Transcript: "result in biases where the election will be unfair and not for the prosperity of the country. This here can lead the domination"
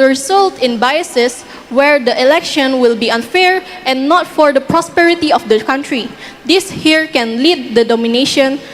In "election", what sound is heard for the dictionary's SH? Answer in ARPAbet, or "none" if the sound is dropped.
SH